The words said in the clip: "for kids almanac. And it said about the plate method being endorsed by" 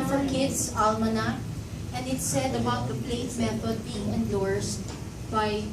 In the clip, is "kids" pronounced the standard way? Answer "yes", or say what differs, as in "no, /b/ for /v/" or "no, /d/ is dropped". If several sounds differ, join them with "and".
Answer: no, /s/ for /z/